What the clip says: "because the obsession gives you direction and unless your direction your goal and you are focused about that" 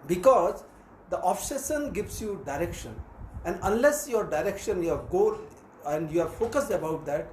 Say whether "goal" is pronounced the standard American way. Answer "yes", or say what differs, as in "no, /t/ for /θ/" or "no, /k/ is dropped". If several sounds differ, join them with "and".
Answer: no, /n/ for /l/